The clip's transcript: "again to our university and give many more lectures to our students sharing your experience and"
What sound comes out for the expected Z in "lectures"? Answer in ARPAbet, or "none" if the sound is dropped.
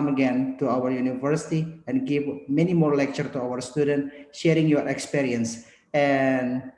none